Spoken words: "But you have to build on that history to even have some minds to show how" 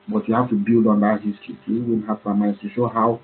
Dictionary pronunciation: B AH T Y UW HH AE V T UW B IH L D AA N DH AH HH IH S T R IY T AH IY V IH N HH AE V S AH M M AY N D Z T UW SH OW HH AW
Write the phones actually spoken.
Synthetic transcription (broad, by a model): B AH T Y UW HH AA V T UW B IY L D AA N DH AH HH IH S T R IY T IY W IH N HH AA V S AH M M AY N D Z T UW SH OW HH AW